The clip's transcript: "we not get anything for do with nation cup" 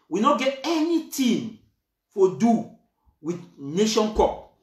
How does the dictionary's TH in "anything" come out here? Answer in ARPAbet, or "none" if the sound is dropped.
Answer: T